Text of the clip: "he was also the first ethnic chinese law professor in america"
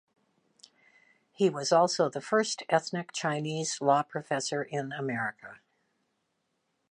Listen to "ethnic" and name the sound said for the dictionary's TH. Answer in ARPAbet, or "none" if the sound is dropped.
TH